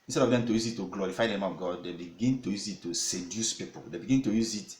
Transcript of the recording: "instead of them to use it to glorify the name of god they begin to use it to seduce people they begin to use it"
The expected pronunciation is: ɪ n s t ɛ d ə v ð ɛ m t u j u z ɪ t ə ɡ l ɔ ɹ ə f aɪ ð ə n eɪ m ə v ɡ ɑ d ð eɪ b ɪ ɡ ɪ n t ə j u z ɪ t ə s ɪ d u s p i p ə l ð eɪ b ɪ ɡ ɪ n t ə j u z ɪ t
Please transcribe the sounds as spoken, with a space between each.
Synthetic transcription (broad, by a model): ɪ n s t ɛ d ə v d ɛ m t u j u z ɪ t ə ɡ l ɔ ɹ ə f aɪ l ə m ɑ ə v ɡ ɑ d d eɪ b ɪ ɡ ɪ n t ə j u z ɪ t ə s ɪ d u s p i p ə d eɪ b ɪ ɡ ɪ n t ə j u z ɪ t